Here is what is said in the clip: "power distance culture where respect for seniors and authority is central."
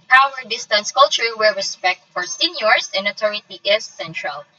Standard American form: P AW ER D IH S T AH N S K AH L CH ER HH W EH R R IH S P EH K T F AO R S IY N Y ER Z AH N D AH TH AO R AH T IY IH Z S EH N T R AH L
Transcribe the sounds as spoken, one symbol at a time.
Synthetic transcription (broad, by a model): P AW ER D IH S T AH N S K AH L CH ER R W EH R R IH S P EH K T F AO R S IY N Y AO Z AH N D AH T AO R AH T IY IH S EH N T R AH L